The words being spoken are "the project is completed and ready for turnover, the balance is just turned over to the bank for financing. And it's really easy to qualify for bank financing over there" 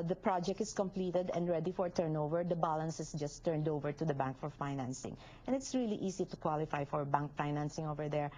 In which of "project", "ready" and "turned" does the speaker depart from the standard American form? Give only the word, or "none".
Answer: none